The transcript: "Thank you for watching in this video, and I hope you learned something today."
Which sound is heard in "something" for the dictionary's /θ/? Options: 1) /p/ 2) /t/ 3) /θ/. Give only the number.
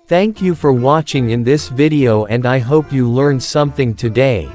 3